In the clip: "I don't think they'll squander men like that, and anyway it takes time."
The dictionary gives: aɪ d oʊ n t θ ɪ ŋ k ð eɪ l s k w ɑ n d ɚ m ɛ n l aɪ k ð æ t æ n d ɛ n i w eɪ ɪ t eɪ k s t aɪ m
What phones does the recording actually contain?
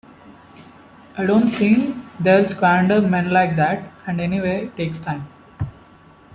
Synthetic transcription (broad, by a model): aɪ d oʊ n t t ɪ ŋ k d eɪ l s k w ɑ n d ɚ m ɛ n l aɪ k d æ t æ n d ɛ n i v eɪ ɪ t eɪ k s t aɪ m